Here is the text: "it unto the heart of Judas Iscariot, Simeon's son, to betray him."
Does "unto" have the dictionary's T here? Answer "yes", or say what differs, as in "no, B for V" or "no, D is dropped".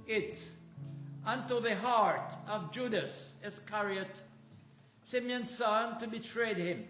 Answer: yes